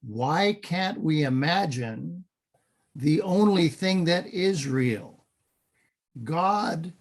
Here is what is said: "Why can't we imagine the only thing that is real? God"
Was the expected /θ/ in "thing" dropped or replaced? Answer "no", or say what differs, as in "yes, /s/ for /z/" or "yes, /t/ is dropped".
no